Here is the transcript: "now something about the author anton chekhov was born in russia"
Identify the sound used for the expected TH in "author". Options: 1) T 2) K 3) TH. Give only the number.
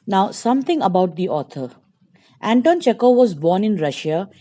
1